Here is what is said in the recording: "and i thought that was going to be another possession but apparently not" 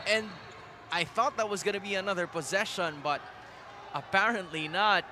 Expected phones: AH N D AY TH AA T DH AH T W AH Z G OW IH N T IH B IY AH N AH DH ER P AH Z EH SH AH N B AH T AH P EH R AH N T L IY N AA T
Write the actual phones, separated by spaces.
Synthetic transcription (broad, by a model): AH N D AY TH AA T DH AH T W AH Z G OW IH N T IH B IY AH N AH DH ER P AH Z EH SH AH N B AH T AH P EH R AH N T L IY N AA T